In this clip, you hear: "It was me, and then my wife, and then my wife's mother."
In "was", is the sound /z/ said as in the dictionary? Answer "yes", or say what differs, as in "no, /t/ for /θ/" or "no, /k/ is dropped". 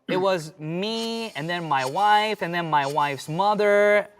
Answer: yes